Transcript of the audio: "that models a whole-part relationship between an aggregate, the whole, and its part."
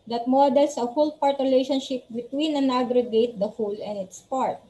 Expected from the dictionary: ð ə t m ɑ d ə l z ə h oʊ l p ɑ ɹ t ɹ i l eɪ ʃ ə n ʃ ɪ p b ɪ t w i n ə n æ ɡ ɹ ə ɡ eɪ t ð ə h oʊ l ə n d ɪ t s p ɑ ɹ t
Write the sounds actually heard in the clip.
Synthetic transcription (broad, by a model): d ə t m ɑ d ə l s ə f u l p ɑ ɹ t ɹ i l eɪ ʃ ə n ʃ ɪ p b ɪ t w i n ə n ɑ ɡ ɹ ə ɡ eɪ t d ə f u l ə n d ɪ t s p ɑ ɹ t